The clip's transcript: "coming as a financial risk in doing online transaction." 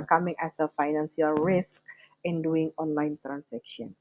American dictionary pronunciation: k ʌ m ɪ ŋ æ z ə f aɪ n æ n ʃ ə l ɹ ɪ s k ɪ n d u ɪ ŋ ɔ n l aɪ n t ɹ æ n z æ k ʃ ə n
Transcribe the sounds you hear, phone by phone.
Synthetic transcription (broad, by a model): k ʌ m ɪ ŋ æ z ə f aɪ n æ n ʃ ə l ɹ ɪ s k ɪ n d u ɪ ŋ ɔ n l aɪ n t ɹ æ n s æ k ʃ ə n